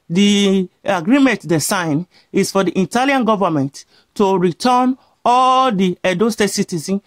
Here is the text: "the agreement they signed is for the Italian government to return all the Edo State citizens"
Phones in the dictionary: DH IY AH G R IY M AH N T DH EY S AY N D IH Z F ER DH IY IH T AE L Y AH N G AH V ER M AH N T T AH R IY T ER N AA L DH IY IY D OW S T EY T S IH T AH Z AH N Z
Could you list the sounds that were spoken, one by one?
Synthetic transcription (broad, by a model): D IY AH G R IY M AH N T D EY S AY N IH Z F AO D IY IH T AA L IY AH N G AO V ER M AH N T T AH R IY T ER N AA L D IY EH D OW S T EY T S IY T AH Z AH N